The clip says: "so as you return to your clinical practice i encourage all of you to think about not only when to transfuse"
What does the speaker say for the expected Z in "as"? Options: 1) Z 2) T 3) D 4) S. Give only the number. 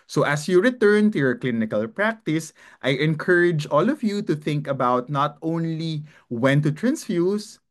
4